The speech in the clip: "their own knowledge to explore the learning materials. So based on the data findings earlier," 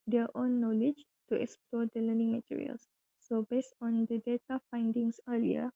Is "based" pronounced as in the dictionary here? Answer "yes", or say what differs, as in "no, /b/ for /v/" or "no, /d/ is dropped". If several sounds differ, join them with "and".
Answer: yes